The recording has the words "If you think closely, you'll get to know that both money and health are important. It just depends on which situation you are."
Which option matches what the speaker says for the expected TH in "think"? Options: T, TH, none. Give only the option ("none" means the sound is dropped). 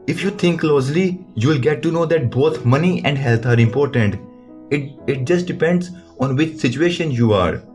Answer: T